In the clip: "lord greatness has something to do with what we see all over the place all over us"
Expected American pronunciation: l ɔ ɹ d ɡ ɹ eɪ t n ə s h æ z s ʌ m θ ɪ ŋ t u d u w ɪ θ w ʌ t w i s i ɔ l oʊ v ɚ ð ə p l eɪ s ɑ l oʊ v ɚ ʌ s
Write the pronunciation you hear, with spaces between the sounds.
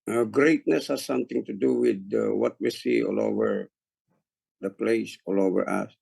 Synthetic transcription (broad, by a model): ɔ ɡ ɹ eɪ t n ə s h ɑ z s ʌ m t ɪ ŋ t u d u w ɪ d w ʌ t w i s i ɔ l oʊ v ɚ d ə p l eɪ s ɑ l oʊ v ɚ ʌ s